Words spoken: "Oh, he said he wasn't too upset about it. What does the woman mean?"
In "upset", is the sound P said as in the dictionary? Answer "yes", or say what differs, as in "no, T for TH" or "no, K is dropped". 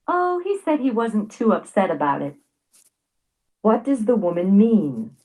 yes